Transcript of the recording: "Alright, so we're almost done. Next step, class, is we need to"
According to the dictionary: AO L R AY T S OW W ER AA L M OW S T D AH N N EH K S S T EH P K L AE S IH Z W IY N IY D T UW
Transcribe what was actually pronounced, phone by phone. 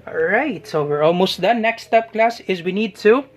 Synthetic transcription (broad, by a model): R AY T S OW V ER AA L M OW S T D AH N N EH K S S T EH P K L AE S IH Z W IY N IY D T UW